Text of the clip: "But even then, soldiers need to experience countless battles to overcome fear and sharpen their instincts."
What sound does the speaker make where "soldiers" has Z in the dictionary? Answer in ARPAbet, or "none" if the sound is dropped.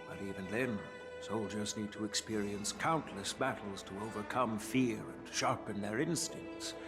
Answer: Z